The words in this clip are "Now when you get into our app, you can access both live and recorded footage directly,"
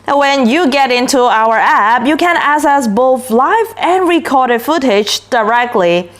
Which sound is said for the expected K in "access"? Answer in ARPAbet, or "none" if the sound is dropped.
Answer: none